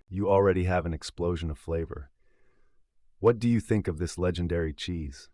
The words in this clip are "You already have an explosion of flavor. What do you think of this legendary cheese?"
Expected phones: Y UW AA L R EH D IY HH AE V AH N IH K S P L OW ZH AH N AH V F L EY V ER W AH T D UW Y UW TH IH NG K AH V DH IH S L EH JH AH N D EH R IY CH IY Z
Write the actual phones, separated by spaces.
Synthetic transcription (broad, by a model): Y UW AA L R EH D IY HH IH V AH N IH K S P L OW ZH AH N AH V F L EY V ER W AH T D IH Y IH TH IH NG K AH V DH IH S L EH JH AH N D EH R IY CH IY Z